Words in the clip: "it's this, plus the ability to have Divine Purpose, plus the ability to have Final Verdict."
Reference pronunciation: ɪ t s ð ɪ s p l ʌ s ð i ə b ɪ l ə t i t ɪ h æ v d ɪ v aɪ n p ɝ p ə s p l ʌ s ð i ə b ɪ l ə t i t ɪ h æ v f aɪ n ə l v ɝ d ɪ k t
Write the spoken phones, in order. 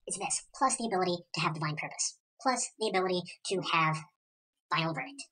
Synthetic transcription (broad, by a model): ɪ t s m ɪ s p l ʌ s ð i ə b ɪ l ə t i t ɪ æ v d ɪ v aɪ n p ɝ p ə s p l ʌ s ð i ə b ɪ l ə t i t ɪ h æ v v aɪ ə l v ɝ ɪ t